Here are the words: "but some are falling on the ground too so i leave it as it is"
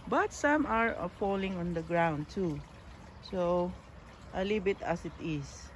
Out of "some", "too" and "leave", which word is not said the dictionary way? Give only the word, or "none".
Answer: leave